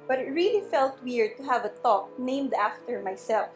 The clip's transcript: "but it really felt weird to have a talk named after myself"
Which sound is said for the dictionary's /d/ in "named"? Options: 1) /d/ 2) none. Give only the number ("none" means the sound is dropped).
1